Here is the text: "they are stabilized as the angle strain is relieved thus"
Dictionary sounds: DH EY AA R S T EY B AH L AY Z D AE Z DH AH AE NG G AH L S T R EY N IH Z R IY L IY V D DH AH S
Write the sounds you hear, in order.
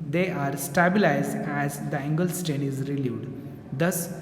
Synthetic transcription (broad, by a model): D EY AA R S T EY B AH L AY Z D AE Z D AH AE NG G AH L S T EY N IH Z R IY L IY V D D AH S